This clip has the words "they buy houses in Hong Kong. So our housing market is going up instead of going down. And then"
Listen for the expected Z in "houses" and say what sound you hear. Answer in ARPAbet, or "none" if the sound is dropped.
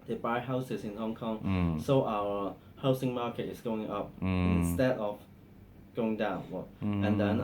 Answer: S